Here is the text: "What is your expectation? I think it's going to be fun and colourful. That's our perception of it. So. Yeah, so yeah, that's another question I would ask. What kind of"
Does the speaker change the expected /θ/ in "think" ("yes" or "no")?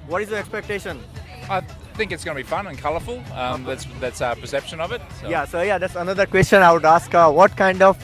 no